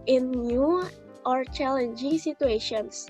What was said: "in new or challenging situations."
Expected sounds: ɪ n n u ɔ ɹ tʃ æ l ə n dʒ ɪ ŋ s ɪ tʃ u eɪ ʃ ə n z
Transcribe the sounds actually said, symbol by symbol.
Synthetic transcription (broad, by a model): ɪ n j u ɔ ɹ tʃ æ l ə n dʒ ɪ ŋ s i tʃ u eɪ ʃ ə n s